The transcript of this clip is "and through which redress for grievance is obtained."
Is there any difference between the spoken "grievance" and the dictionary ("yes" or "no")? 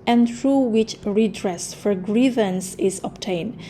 no